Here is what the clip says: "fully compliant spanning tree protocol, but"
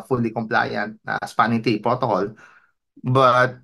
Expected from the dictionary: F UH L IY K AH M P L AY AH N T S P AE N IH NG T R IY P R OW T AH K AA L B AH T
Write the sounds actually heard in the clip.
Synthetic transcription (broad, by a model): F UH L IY K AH M P L AY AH N T S P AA N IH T IY P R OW T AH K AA L B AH T